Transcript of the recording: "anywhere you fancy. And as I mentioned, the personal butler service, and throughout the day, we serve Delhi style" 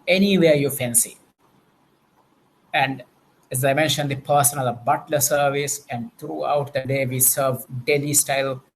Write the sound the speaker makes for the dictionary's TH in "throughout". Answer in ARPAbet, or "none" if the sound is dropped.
T